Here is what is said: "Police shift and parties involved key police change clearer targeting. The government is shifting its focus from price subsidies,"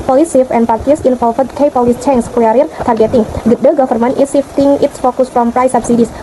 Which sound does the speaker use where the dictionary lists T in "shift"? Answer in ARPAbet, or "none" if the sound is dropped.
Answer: none